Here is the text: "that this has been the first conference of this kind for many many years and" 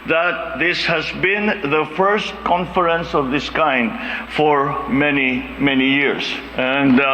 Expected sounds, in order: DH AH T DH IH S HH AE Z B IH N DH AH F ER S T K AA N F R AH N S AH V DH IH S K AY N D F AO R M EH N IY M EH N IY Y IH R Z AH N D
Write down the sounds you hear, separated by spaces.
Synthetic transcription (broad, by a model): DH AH T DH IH S HH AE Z B IH N DH AH F ER S T K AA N F R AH N S AH V DH IH S K AY N D F AO R M EH N IY M EH N IY Y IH R S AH N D